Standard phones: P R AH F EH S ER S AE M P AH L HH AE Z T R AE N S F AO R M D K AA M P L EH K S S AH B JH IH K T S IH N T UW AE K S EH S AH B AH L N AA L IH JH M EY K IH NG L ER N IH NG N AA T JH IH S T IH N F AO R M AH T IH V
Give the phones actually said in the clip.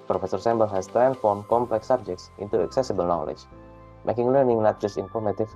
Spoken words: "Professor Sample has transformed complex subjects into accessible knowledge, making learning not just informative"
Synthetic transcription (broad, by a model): P R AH F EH S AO S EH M B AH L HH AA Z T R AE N F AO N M K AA M P L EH K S S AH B JH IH K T S IH N T UW AE K S EH S AH B AH L N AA L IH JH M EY K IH NG L ER N IH NG N AA T JH IH S T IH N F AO R M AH T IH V